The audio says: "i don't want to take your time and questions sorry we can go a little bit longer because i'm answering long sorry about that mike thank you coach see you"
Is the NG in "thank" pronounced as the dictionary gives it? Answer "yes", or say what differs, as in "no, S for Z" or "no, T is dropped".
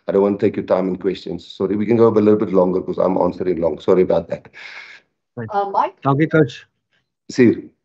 no, NG is dropped